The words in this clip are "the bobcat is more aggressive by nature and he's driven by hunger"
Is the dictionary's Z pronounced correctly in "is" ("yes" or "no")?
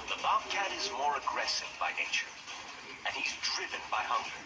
yes